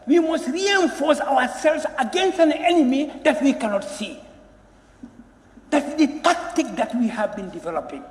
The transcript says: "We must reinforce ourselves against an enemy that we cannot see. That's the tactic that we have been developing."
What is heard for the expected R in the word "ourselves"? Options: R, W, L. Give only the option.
W